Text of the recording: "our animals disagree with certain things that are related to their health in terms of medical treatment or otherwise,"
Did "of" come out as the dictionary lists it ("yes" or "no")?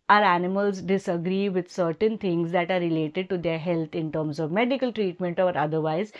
yes